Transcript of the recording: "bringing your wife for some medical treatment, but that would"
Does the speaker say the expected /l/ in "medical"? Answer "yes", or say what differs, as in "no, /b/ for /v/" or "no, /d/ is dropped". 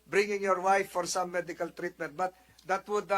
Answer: yes